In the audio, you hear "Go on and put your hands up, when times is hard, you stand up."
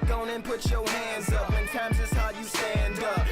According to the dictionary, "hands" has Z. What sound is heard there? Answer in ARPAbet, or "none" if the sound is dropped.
Z